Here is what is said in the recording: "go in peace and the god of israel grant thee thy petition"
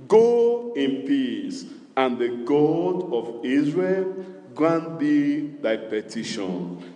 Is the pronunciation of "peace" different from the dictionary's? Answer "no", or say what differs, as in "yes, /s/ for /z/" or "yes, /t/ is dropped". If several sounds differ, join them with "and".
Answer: no